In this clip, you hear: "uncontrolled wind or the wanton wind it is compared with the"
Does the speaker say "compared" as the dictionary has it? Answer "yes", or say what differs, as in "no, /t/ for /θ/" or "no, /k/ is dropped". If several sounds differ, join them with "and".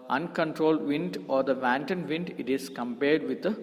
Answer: yes